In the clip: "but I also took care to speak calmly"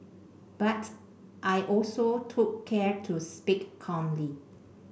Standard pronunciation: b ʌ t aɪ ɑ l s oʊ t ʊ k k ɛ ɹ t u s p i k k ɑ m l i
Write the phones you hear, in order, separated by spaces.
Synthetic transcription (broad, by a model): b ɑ t aɪ ɑ l s oʊ t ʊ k k ɛ ɹ t u s p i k k ɑ m l i